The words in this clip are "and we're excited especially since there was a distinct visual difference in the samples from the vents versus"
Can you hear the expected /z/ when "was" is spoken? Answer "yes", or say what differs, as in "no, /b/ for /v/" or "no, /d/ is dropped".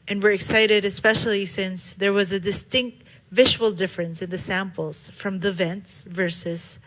yes